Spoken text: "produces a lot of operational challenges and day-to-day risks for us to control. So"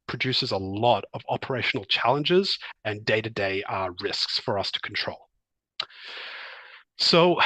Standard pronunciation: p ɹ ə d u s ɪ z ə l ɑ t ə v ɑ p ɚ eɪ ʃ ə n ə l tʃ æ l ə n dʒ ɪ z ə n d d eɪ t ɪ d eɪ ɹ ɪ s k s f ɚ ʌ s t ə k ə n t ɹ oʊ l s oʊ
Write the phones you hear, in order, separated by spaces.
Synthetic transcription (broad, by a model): p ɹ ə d u s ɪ z ə l ɑ t ə v ɑ p ɚ eɪ ʃ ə n l tʃ æ l ə n dʒ ɪ z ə n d d eɪ t ɪ d eɪ ɹ ɪ s k s f ɚ ʌ s t ə k n t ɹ oʊ l s oʊ